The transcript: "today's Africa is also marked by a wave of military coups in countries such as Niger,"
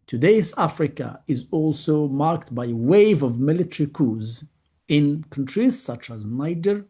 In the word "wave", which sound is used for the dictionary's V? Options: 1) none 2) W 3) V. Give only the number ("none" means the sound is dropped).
3